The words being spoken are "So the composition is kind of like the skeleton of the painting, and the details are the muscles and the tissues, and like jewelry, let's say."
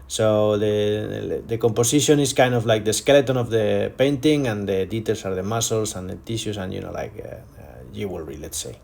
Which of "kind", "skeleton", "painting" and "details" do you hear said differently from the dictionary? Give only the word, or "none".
details